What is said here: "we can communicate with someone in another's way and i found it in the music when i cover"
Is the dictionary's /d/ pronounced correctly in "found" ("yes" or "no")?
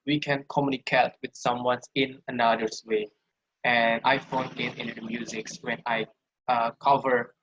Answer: no